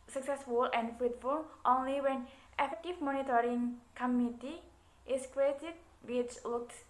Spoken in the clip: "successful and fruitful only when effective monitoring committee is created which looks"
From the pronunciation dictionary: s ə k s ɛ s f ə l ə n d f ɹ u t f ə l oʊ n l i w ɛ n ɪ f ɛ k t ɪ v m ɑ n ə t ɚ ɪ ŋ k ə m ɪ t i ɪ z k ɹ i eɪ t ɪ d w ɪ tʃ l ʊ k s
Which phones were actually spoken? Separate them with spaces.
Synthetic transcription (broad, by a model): s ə k s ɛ s f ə l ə n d f u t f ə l oʊ n l i w ɛ n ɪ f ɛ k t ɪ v m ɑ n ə t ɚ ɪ ŋ k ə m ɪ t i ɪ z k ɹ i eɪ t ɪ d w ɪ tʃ l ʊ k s